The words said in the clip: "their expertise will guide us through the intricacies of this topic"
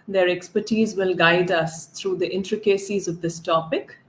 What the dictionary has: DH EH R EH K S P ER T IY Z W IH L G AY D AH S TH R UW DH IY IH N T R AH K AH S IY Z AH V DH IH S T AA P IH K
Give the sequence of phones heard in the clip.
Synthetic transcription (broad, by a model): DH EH R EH K S P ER T IY Z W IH L G AY D AH S T R UW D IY IH N T R AH K AH S IY Z AH V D IH S T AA P IH K